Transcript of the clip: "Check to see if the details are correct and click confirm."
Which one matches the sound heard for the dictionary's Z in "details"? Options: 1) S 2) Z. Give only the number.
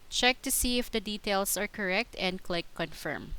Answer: 1